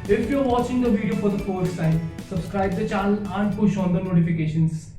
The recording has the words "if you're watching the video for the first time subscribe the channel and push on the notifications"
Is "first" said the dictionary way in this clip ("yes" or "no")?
no